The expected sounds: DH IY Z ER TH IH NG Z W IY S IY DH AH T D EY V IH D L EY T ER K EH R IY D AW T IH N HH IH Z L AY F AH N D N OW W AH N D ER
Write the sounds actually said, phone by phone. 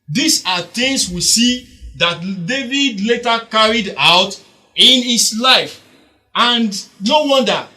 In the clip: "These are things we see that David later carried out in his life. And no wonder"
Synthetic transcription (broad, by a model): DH IY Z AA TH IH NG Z W IY S IY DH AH T D EY V IH D L EY T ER K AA R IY D AW T IH N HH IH S L AY F AH N D N OW W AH N D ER